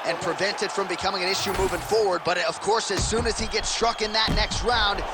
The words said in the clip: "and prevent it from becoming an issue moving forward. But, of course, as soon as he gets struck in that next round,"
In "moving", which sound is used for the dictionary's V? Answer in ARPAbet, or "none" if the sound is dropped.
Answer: V